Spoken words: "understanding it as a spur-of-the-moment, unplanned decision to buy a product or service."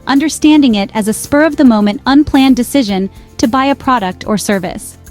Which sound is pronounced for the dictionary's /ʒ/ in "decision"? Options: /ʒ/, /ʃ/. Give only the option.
/ʒ/